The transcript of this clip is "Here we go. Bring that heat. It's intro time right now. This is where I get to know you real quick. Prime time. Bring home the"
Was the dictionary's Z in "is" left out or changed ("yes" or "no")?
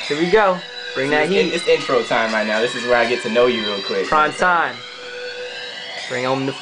no